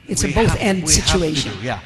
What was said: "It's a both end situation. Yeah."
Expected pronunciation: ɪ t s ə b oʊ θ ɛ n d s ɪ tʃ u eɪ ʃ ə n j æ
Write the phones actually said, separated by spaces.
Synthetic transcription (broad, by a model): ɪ t s ə b oʊ θ ɛ n d s ɪ tʃ u eɪ ʃ ə n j